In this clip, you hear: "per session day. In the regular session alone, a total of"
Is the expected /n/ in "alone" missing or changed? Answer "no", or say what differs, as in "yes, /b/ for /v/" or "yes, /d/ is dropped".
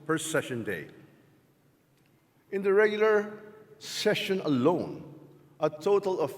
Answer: no